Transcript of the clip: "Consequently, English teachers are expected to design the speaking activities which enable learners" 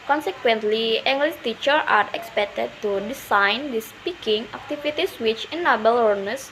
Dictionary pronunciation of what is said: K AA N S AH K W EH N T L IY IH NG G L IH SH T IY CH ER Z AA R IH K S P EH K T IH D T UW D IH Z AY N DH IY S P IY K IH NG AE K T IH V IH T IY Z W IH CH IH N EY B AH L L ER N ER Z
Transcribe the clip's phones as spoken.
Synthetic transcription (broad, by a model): K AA N S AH K W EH N T L IY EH NG G L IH S T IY CH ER AA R IH K S P EH K T IH D T UW D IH S AY N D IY S P IY K IH NG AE K T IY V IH T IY S W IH CH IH N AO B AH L L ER N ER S